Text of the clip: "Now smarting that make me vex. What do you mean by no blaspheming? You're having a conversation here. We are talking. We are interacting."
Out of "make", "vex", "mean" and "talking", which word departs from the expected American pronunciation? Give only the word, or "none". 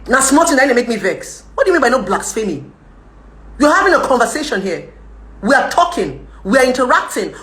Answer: none